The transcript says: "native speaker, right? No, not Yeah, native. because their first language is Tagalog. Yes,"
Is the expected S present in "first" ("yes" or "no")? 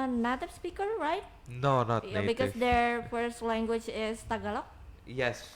yes